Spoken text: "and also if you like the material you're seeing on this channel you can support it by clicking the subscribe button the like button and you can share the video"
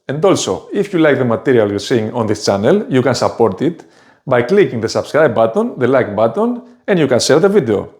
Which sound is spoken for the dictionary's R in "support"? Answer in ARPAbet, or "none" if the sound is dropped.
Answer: R